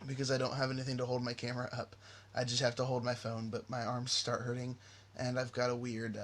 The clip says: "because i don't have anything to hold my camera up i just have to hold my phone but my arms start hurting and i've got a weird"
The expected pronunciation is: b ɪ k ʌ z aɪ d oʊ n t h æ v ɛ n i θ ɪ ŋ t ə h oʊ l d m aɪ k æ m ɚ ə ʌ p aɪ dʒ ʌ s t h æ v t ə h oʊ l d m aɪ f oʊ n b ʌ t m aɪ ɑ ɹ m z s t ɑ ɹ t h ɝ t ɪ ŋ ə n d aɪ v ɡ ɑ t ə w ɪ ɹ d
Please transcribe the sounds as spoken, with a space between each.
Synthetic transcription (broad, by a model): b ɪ k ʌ z aɪ d oʊ n t h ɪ v ɛ n i θ ɪ ŋ t ə h oʊ l d m aɪ k æ m ɚ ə ʌ p aɪ dʒ ʌ s t h æ f t ə h oʊ l d m aɪ f oʊ n b ʌ t m aɪ ɑ ɹ m z s t ɑ ɹ t h ɝ t ɪ ŋ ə n aɪ v ɡ ɑ t ə w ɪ ɹ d